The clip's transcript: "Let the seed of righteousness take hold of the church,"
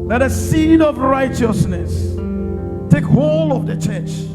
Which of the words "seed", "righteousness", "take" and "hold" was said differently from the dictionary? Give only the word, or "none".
hold